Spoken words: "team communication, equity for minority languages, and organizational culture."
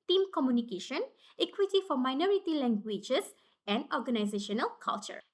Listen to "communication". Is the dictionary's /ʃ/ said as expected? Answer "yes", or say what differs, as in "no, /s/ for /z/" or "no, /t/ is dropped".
yes